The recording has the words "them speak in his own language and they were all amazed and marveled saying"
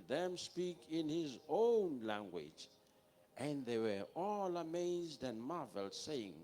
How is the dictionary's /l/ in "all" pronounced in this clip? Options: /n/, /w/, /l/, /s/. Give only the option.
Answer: /l/